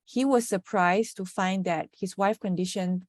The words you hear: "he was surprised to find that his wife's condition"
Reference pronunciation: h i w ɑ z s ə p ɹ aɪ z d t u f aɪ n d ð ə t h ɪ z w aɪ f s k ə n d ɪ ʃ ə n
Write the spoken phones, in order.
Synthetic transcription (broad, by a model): h i w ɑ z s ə p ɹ aɪ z t u f aɪ n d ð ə t h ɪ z w aɪ f k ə n d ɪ ʃ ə n